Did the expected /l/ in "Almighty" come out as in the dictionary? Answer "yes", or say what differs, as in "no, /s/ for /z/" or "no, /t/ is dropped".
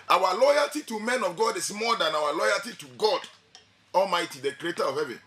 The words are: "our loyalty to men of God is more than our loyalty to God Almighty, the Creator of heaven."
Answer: yes